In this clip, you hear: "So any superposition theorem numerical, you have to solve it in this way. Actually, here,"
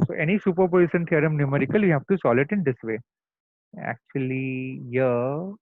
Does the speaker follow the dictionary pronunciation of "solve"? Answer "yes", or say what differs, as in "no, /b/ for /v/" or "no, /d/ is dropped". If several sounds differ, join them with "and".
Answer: no, /v/ is dropped